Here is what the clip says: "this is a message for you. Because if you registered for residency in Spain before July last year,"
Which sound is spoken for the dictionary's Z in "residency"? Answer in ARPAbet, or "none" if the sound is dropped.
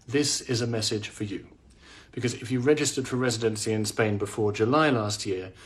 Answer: Z